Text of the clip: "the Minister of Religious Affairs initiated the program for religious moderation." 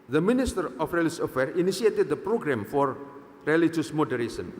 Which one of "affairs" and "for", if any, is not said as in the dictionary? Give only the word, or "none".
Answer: affairs